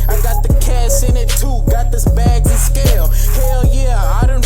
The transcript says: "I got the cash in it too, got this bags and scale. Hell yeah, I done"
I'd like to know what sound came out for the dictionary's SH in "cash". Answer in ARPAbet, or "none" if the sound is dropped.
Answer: S